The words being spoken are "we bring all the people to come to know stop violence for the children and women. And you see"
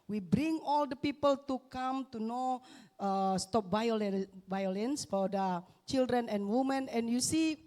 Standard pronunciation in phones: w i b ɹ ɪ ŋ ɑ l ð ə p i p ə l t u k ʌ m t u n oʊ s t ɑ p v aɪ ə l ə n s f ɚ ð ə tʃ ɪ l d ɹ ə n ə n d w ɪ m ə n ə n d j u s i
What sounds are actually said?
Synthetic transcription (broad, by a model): w i b ɹ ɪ ŋ ɑ l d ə p i p ə l t u k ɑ m t u n oʊ s t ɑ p v aɪ ə l ə n s f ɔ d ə tʃ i l d ɹ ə n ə n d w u m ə n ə n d j u s i